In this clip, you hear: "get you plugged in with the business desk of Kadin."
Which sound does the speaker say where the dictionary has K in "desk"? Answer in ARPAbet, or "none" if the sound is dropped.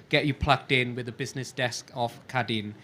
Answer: K